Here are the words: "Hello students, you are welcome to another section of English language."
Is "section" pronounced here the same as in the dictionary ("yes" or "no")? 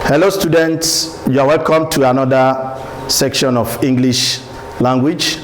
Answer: yes